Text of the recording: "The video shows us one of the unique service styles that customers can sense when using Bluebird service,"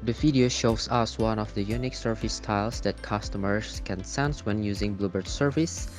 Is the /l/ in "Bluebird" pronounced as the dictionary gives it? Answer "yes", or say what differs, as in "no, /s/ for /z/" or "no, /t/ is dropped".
yes